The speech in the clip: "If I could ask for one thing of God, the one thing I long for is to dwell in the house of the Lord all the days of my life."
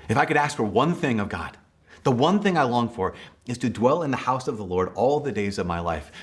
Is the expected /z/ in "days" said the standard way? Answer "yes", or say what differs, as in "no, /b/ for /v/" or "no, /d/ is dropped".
yes